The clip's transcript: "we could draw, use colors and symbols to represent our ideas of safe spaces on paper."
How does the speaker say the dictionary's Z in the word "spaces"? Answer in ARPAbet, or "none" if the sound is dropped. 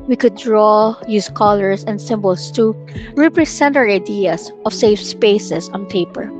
S